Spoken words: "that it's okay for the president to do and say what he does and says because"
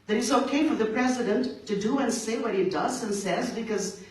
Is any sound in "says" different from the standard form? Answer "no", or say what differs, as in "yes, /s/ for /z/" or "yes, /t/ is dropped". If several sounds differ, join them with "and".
no